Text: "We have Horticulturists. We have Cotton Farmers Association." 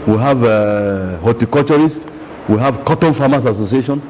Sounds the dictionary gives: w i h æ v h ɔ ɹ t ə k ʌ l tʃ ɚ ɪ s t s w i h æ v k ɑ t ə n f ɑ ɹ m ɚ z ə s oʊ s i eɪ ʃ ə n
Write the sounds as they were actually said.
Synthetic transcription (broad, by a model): w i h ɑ v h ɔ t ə k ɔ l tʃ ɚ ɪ s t w i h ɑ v k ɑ t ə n f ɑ m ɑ s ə s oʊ s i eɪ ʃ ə n